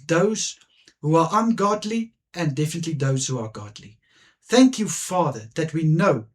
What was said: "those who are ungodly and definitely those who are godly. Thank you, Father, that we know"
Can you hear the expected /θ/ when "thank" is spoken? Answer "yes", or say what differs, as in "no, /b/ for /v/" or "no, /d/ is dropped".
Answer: yes